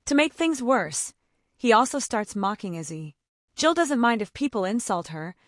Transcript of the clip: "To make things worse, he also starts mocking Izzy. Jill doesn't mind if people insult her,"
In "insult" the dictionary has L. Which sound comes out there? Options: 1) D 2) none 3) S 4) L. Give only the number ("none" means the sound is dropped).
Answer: 4